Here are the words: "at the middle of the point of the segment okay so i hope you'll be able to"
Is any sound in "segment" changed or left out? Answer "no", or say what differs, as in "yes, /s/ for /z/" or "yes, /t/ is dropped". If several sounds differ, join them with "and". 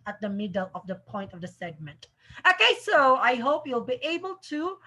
no